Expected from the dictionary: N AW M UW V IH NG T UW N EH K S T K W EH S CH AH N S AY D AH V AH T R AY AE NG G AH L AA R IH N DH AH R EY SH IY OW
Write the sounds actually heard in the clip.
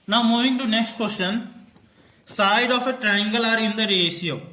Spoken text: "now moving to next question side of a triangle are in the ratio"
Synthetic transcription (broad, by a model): N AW M UW V IH NG T UW N EH K S T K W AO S SH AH N S AY D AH F AH T R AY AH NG G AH L AA R IH N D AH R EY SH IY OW